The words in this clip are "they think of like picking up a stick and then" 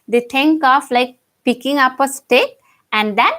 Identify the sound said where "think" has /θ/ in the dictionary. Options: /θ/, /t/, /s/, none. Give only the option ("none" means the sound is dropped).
/t/